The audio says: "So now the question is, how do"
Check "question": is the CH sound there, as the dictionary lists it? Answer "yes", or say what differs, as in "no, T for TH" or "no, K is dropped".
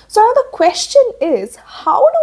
yes